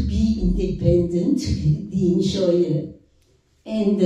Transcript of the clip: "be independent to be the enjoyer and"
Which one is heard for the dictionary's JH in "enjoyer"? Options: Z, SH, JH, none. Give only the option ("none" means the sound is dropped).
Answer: SH